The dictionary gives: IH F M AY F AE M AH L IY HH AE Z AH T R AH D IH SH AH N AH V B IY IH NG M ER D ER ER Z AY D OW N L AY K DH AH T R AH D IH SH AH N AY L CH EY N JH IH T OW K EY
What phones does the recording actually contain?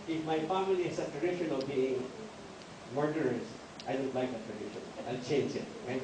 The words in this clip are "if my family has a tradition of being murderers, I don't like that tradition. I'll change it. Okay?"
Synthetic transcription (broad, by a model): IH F M AY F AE M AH L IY HH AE S AH T R AH D IH SH AH N AH V B IY IH NG M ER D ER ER S AY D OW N L AY K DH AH T R AH D IH SH AH N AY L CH EY N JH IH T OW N